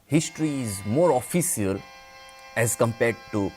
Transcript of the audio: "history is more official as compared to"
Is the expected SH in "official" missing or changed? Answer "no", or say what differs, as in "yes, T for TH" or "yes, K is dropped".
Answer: yes, S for SH